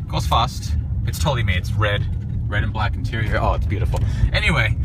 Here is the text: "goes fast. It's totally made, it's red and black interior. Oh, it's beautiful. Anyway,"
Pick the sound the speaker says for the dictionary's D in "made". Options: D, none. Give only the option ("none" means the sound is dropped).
none